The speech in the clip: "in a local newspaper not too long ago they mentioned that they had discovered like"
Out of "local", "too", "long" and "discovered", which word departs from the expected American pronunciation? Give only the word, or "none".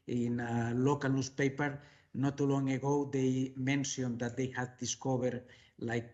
discovered